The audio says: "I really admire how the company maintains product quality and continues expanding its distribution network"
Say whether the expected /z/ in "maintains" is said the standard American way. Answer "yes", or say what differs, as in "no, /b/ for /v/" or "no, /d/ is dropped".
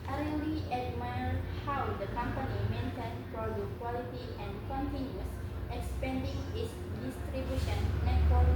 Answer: no, /z/ is dropped